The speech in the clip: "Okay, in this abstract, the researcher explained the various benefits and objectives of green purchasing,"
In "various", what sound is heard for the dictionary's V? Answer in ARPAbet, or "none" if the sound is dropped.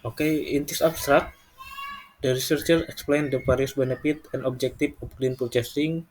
P